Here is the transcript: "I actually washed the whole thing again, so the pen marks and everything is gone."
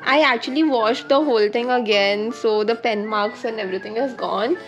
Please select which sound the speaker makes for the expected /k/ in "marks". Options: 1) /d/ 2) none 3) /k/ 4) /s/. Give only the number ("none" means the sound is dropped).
3